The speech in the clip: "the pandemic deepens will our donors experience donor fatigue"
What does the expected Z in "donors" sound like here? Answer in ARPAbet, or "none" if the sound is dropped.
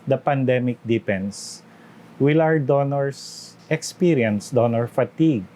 S